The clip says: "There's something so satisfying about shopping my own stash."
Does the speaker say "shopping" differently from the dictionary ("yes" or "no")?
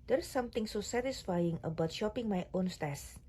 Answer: no